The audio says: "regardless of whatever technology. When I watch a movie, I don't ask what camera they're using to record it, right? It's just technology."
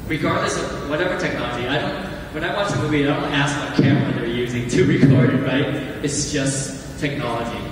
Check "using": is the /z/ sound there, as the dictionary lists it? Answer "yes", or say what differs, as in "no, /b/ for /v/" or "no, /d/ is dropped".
yes